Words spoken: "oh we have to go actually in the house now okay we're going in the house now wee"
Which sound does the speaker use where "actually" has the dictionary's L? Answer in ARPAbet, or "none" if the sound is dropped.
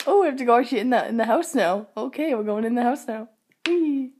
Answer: N